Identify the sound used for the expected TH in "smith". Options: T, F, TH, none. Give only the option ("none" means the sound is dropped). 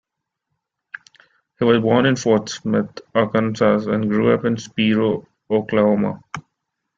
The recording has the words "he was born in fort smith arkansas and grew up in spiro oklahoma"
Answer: T